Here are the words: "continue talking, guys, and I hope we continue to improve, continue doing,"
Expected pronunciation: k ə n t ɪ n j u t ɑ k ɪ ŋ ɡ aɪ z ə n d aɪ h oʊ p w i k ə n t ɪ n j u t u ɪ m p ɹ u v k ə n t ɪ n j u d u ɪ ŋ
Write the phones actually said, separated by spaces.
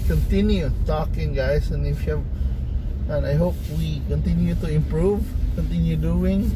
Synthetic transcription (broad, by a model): k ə n t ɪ n j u t ɑ k ɪ ŋ ɡ aɪ s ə n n aɪ h oʊ p w i k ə n t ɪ n j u t u ɪ m p ɹ u v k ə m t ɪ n j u d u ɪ ŋ